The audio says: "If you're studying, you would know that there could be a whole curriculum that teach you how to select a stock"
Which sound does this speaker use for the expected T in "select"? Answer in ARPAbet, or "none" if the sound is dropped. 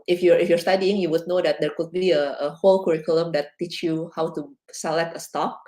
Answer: T